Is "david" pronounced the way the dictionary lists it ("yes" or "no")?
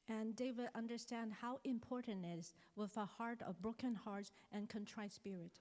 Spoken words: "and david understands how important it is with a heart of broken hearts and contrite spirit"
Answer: no